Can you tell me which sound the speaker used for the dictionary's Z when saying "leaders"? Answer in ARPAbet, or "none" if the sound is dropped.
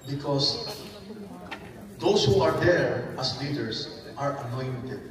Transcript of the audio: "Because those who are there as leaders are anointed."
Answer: S